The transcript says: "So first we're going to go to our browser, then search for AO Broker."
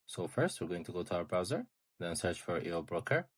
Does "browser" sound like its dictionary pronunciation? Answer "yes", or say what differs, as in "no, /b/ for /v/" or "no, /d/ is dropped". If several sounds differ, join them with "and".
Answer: yes